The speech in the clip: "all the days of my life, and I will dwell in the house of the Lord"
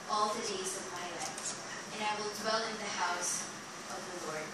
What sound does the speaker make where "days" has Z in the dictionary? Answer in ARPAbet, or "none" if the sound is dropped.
Z